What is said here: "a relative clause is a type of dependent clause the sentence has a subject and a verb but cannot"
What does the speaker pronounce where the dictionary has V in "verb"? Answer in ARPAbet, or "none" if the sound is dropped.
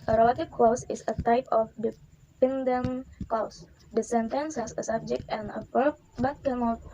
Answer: P